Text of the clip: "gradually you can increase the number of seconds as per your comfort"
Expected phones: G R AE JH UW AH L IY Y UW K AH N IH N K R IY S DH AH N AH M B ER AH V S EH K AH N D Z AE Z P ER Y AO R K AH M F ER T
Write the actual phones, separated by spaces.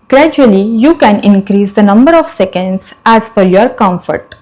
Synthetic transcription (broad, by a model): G R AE JH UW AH L IY Y UW K AH N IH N K R IY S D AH N AH M B ER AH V S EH K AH N D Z AE Z F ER Y AO R K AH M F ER T